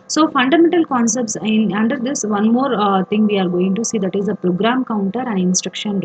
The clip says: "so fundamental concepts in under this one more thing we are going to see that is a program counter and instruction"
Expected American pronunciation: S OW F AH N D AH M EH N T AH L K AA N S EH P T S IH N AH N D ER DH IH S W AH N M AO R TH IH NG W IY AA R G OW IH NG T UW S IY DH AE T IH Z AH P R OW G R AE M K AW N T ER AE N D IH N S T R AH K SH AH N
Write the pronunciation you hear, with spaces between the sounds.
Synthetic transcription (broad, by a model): S OW F AH N D AH M EH N T AH L K AA N S EH P T S IH N AH N D ER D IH S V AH N M AO R T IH NG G IY AA R G OW IH NG T UW S IY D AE T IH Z AH P R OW G R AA M K AW N T ER AE N D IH N S T R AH K SH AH N